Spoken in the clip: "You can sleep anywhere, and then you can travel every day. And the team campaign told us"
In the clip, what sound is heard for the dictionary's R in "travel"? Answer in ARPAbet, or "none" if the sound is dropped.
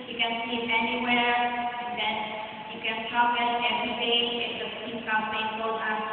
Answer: none